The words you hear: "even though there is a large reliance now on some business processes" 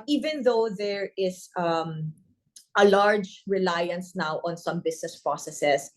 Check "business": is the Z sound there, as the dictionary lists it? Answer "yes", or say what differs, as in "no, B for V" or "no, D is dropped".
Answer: no, S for Z